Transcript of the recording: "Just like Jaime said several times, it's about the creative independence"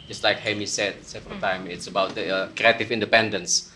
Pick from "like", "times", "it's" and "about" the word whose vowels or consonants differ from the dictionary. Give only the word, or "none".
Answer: times